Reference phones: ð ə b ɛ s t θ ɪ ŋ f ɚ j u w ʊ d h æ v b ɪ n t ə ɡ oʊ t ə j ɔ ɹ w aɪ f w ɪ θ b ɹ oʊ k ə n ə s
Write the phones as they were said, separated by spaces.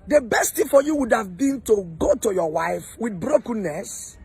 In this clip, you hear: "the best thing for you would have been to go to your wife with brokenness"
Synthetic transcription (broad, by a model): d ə b ɛ s t t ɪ f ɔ j u w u d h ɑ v b ɪ n t ə ɡ oʊ t ə j ɔ w aɪ f w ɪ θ b ɹ oʊ k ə n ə s